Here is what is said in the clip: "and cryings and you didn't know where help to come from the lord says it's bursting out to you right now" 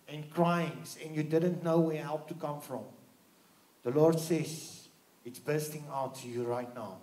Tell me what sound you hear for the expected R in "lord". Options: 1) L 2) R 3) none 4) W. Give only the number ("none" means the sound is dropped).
2